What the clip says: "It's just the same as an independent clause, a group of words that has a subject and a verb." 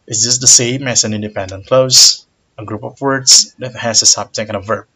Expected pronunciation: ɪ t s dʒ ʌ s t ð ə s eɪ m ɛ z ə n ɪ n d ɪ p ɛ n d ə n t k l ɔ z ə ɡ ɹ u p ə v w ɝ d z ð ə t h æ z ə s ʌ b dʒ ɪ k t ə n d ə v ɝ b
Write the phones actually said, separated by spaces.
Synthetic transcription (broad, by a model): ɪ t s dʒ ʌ s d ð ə s eɪ m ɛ s ə n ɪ n d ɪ p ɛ n d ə n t k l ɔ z ə ɡ ɹ u p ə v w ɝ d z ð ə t h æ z ə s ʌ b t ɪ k ə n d ə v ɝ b